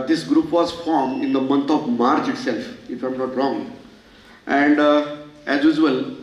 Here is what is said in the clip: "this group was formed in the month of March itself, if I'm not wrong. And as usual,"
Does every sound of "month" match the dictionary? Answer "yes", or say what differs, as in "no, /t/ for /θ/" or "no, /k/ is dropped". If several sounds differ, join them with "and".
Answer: no, /t/ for /θ/